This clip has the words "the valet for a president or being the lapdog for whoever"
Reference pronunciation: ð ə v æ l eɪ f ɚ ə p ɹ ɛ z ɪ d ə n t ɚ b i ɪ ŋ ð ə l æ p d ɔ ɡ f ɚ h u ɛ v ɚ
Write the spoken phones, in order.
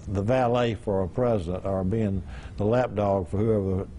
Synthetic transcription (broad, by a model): ð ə v æ l eɪ f ɚ ə p ɹ ɛ z ɪ d ə n t ɚ b i ɪ ŋ ð ə l æ p d ɔ ɡ f ɚ h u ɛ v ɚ